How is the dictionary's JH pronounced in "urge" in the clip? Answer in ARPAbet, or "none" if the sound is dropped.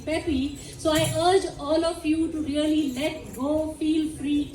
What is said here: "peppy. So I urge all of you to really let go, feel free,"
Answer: JH